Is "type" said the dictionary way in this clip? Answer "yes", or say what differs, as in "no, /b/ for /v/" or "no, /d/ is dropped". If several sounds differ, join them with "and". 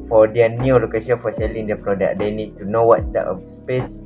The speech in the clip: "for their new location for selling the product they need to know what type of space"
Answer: no, /p/ is dropped